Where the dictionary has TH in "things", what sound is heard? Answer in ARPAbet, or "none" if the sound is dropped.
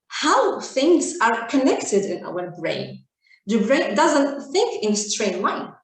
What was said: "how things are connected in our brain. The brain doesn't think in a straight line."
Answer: TH